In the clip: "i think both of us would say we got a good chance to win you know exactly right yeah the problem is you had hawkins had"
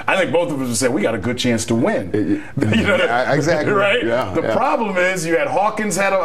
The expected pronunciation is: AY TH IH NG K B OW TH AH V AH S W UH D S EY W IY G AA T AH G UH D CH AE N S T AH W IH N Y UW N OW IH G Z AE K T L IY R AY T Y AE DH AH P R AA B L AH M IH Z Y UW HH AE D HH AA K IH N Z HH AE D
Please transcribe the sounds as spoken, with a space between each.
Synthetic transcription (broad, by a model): AY TH IH NG K B OW TH AH V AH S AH S EY W IY G AA T AH G UH D CH AE N S T AH W IH N Y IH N OW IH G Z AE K R AY T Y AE DH AH P R AA B L AH M IH Z Y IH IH D HH AA K IH N Z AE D